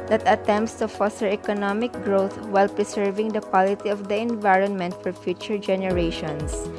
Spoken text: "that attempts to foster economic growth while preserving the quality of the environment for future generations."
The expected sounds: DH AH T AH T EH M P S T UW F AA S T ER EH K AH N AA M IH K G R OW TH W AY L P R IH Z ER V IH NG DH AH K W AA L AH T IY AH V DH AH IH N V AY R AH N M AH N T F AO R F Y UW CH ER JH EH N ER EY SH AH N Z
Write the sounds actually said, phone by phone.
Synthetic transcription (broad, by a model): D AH T AH T EH M P S T UW F AA S T ER EH K AH N AA M IH K G R OW T W AY L P R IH S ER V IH NG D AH K W AA L AH T IY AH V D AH IH N V AY R AH N M AH N T F AO R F Y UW CH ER JH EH N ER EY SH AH N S